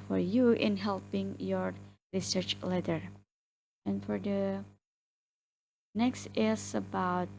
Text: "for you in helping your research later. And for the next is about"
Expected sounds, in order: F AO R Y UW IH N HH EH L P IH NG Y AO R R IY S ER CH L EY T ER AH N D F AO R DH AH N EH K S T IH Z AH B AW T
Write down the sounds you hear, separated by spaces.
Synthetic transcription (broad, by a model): F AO R Y UW IH N HH EH L P IH NG Y AO R R IY S ER CH L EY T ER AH N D F AO R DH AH N EH K S T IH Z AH B AW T